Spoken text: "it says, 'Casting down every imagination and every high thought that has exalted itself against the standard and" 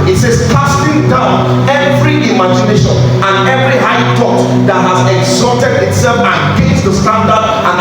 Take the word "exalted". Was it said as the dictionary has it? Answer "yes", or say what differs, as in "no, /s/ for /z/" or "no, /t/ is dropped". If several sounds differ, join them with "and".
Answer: no, /l/ is dropped